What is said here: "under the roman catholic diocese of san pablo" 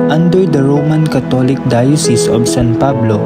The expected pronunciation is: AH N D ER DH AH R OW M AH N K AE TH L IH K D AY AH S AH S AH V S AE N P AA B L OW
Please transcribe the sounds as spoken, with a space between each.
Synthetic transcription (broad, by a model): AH N D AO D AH R OW M AH N K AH T L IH K D AY AH S AH S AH B S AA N P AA B L OW